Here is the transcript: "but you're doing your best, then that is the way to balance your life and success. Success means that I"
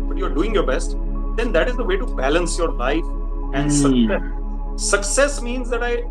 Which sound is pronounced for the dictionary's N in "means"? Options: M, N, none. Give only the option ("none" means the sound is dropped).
N